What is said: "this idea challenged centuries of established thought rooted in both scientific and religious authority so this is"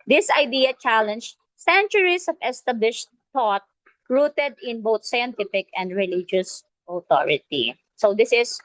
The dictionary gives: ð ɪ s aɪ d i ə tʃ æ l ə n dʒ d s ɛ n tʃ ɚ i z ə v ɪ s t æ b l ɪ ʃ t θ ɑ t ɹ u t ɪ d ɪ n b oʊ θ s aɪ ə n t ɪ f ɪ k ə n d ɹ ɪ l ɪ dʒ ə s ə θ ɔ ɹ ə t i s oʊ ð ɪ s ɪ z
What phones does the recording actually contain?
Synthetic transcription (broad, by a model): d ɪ s aɪ d i ə tʃ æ l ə n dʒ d s ɛ n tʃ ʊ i s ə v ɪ s t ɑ b l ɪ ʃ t t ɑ t ɹ u t ɪ d ɪ n b oʊ t s aɪ ə n t ɪ f ɪ k ə n d ɹ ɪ l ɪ dʒ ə s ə t ɔ ɹ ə t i s oʊ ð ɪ s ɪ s